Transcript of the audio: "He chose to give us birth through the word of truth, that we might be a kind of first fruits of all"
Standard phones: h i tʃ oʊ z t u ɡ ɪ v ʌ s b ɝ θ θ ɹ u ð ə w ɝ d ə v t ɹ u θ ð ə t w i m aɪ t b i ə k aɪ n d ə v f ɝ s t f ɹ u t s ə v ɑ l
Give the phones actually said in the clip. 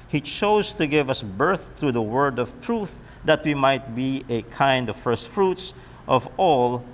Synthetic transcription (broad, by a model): h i tʃ oʊ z t u ɡ ɪ v ʌ s b ɝ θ θ ɹ u ð ə w ɝ d ə v t ɹ u θ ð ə t w i m aɪ t b i ə k aɪ n d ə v f ɝ s t f ɹ u t s ə v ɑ l